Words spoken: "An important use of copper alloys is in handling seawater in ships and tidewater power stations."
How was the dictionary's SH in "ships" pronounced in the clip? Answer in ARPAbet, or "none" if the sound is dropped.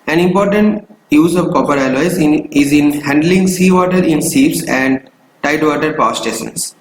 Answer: S